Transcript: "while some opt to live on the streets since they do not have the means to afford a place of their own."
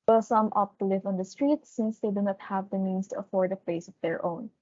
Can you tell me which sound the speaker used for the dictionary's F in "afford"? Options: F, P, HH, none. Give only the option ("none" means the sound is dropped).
F